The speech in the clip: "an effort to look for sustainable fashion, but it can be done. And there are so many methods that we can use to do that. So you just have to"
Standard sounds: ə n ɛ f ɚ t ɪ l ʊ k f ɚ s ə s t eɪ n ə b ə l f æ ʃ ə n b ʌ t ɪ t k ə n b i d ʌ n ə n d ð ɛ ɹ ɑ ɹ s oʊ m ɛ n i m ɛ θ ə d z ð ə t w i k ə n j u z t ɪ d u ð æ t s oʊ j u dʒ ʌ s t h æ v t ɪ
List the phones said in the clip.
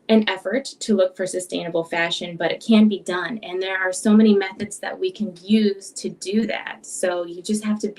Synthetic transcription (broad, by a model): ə n ɛ f ɚ t ɪ l ʊ k f ɚ s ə s t eɪ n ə b l f æ ʃ ə n b ʌ t ɪ t k ə n b i d ʌ n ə n ð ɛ ɹ ɑ ɹ s oʊ m ɛ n i m ɛ θ ə d z ð ə t w i k ə n j u z t ɪ d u ð æ t s oʊ j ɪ dʒ ʌ s t h æ f t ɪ